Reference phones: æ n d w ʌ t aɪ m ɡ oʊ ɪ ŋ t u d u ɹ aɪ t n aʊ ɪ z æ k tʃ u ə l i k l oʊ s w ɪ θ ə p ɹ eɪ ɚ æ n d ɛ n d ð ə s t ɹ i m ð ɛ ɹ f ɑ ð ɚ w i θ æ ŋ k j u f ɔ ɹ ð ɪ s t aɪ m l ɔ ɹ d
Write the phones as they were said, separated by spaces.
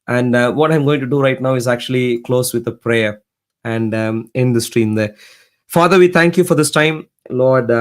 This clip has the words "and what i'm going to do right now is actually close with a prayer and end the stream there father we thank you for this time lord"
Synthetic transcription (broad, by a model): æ n d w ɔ t aɪ m ɡ oʊ ɪ ŋ t u d u ɹ aɪ t n aʊ ɪ z æ k tʃ u ə l i k l oʊ s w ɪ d ə p ɹ eɪ ɚ æ n d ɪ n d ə s t ɹ i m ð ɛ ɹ f ɑ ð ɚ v i t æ ŋ k j u f ɔ ɹ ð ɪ s t aɪ m l ɔ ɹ d